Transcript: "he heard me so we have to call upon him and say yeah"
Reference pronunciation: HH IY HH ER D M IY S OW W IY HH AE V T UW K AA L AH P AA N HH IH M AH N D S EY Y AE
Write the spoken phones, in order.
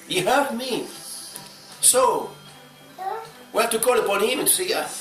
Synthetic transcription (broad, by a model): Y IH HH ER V M IY S OW W IY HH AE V T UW K AA L AH P AA N HH IH M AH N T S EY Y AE